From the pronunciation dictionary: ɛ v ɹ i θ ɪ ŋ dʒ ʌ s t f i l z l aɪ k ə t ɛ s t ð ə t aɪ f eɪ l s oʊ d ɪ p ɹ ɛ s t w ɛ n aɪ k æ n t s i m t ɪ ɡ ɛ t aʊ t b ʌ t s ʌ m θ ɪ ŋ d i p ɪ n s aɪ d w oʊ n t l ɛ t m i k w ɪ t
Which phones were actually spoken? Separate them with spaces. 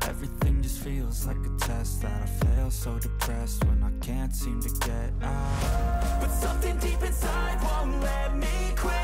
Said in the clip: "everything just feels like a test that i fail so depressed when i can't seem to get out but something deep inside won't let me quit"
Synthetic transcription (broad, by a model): ɛ v ɹ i θ ɪ ŋ dʒ ʌ s t f i l z l aɪ k ə t ɛ s t ð ə t aɪ f eɪ l s oʊ d ɪ p ɹ ɛ s t w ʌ n aɪ k æ n t s i m t ɪ ɡ ɛ t aʊ t b ʌ t s ʌ m θ ɪ ŋ d i p ɪ n s aɪ d w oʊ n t l ɛ t m i k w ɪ